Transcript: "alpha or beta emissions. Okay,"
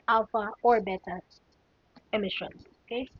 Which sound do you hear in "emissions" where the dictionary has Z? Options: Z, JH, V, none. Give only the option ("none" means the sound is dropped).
none